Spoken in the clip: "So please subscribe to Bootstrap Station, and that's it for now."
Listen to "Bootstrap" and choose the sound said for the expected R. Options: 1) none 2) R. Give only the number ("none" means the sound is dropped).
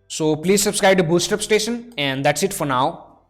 1